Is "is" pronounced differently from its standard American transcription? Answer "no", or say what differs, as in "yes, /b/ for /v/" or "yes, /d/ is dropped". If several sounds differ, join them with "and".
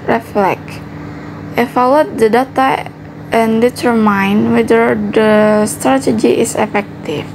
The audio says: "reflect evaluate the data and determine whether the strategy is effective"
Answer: yes, /s/ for /z/